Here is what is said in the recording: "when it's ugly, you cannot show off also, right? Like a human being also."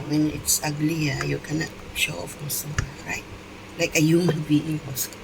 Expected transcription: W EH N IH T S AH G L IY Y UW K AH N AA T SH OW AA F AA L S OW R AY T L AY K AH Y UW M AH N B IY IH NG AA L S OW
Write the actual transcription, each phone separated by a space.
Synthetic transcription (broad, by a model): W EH N IH T S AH G L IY Y UW K AH N AA T SH OW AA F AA S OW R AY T L AY K AH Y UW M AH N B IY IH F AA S